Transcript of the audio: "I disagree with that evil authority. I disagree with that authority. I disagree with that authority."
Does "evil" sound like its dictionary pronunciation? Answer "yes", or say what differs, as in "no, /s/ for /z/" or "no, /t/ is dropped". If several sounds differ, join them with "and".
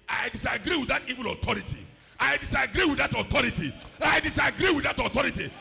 yes